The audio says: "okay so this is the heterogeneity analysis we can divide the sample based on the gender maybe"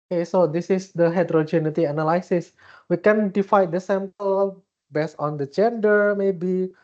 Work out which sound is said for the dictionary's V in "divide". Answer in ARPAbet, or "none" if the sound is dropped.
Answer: F